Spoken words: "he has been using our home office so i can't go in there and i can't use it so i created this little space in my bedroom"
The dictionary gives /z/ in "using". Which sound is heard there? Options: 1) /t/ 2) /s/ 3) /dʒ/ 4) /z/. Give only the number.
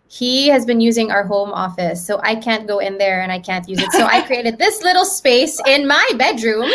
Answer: 4